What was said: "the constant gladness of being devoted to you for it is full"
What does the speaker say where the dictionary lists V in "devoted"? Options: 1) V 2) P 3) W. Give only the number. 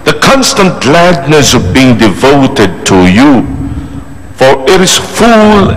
1